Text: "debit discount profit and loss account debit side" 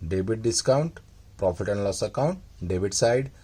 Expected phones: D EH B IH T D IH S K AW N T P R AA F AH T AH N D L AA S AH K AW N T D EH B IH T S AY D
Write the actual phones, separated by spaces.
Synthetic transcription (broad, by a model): D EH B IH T D IH S K AW N T P R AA P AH T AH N L AA S AH K AW N T D EH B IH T S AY D